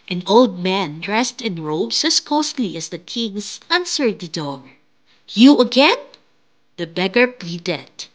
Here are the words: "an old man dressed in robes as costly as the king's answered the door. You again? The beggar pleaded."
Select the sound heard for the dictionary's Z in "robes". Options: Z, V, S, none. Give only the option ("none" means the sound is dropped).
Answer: S